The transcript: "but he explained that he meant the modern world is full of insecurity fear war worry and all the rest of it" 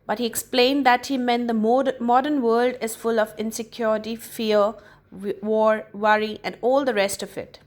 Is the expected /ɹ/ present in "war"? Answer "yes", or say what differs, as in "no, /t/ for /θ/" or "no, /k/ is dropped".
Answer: yes